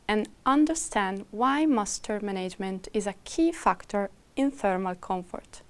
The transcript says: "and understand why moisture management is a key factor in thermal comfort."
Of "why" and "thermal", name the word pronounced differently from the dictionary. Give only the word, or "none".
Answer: none